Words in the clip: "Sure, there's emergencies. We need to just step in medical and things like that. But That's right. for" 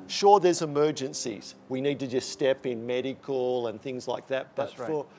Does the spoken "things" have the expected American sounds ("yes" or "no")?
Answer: yes